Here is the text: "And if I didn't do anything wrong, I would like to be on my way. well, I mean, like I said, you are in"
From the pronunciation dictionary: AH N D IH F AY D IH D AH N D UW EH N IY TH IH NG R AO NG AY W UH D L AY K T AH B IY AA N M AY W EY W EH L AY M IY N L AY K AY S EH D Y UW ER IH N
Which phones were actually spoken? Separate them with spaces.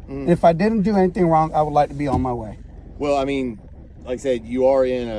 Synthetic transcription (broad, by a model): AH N IH F AY D IH D N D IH EH N IY TH IH NG R AO NG AY W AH D L AY K T AH B IY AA N M AY W EY W EH L AY M IY N L AY K S EH D Y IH ER IH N